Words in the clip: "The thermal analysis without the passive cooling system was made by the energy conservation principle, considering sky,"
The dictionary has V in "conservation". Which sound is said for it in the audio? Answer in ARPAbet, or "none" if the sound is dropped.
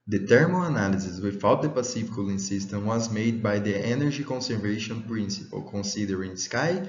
V